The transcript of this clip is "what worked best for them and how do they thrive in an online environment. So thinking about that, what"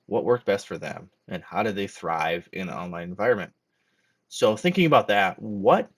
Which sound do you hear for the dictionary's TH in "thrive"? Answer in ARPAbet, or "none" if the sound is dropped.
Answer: TH